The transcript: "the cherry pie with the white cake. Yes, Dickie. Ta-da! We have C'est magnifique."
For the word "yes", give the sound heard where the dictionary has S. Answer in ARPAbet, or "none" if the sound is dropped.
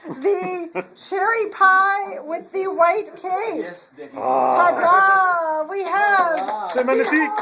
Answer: none